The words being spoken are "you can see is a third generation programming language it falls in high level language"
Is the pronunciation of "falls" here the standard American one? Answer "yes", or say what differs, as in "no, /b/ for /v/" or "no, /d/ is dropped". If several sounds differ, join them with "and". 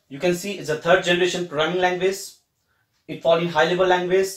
no, /z/ is dropped